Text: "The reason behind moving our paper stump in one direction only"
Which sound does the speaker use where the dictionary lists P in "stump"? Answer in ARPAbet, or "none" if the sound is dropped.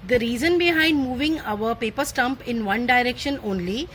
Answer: P